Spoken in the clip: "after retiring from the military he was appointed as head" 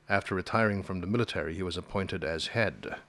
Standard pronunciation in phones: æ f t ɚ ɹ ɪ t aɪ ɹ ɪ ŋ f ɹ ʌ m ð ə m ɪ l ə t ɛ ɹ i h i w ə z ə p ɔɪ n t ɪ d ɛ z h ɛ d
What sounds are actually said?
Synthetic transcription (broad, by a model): æ f t ɚ ɹ ɪ t aɪ ɹ ɪ ŋ f ɹ ʌ m ð ə m ɪ l ə t ɛ ɹ i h i w ə z ə p ɔɪ n t ɪ d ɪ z h ɛ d